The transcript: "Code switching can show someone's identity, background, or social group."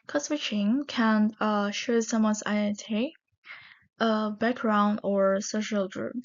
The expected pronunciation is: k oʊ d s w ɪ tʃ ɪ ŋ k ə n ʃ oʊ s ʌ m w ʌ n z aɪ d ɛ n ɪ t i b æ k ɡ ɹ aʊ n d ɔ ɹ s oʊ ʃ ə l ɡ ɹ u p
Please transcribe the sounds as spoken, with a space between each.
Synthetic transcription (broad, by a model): k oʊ s w ɪ tʃ ɪ ŋ k ə n ʃ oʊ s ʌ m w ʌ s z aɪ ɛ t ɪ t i b æ k ɡ ɹ aʊ n d ɔ ɹ s oʊ ʃ ə l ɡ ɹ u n